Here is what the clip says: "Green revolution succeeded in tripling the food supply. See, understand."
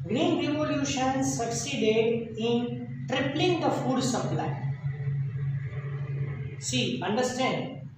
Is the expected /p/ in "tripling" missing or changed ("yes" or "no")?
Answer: no